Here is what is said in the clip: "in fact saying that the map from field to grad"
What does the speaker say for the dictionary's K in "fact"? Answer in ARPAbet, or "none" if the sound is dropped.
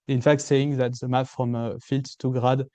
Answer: K